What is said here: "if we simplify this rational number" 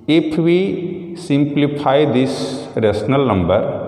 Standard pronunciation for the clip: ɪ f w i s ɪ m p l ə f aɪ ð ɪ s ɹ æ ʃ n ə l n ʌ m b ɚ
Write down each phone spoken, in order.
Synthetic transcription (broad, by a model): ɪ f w i s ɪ m p l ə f aɪ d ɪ s ɹ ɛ s n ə l n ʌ m b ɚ